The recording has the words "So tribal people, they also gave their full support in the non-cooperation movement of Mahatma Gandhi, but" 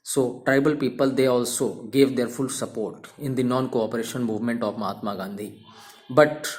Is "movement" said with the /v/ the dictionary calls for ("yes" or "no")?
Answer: yes